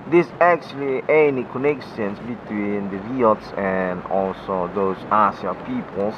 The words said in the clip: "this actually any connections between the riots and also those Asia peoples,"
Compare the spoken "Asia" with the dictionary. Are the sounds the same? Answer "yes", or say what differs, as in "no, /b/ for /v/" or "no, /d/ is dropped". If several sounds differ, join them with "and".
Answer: no, /s/ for /ʒ/